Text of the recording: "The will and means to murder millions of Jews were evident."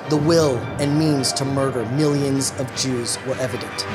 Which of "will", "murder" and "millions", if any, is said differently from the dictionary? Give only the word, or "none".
none